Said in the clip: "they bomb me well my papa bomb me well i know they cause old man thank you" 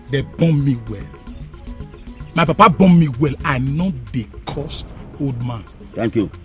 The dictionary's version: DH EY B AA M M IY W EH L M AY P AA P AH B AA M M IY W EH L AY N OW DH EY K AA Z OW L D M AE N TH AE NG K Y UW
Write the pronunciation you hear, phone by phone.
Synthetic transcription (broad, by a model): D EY B AA M M IY W EH L M AY P AA P AH B AA M M IY W EH L AY N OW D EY K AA S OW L D M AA N T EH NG K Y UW